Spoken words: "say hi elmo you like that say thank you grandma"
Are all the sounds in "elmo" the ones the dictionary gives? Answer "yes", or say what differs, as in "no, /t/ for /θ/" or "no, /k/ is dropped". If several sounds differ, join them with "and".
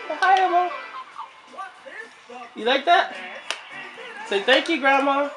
no, /l/ is dropped